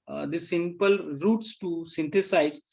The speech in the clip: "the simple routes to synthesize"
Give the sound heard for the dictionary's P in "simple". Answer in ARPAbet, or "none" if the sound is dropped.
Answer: P